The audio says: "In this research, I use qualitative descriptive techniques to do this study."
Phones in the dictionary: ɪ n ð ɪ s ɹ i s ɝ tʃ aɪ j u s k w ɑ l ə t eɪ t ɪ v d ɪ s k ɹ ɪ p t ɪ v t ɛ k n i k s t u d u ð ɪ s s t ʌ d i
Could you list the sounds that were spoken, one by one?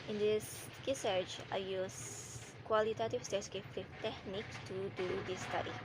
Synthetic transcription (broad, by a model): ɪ n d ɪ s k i s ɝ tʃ aɪ j u s k w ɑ l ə t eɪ t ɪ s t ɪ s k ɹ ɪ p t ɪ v t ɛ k n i k t u d u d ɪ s s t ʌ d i